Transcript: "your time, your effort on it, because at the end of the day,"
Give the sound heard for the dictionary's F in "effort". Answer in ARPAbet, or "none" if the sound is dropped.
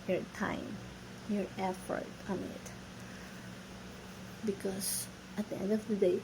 F